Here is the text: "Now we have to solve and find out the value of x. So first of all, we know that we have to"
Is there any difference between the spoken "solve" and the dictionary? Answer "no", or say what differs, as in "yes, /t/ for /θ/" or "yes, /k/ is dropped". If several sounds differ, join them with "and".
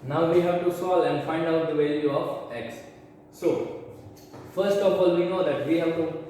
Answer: yes, /v/ is dropped